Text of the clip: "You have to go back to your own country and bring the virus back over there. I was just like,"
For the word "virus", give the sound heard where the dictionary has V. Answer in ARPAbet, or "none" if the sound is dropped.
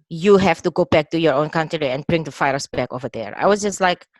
F